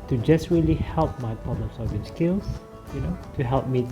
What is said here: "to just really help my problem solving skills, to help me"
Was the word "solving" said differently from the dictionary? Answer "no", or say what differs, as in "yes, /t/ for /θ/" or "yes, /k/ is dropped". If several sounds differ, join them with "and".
yes, /l/ is dropped